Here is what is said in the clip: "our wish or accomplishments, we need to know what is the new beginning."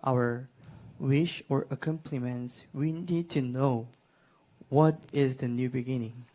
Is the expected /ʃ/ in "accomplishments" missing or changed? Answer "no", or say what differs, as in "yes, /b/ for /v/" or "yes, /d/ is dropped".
yes, /ʃ/ is dropped